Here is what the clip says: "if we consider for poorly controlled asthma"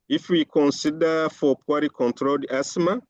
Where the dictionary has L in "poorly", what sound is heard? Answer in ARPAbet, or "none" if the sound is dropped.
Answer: none